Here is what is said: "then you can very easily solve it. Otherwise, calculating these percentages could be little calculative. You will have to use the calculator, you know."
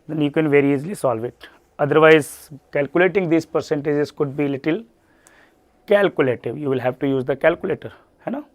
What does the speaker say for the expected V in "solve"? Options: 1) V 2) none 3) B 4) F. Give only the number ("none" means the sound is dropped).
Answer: 1